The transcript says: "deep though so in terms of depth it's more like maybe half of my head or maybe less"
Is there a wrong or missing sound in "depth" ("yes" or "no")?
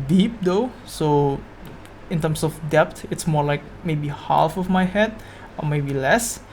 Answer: yes